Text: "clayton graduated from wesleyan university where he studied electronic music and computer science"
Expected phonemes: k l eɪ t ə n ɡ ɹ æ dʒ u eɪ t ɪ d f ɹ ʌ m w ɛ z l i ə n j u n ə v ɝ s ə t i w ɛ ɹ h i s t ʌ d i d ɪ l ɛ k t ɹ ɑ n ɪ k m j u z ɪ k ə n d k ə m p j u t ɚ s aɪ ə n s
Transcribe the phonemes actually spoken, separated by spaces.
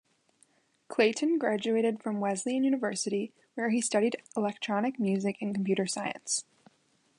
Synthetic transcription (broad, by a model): k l eɪ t n ɡ ɹ æ dʒ u eɪ t ɪ d f ɹ ʌ m w ɛ z l i ə n j u n ə v ɝ s ə t i w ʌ ɹ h i s t ʌ d i d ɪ l ɛ k t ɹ ɑ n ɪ k m j u z ɪ k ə n k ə m p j u t ɚ s aɪ ə n s